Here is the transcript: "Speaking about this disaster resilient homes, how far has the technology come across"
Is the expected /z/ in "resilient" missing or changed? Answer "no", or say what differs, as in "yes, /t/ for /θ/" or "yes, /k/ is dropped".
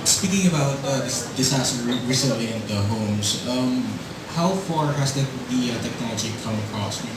yes, /s/ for /z/